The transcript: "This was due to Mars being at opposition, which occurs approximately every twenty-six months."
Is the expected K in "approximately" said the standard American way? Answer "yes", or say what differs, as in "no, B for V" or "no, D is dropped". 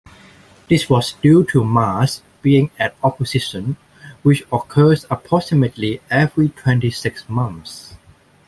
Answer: no, K is dropped